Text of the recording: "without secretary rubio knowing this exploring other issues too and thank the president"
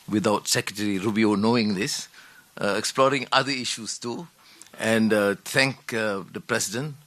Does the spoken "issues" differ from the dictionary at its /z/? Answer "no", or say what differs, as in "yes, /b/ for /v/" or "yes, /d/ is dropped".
yes, /s/ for /z/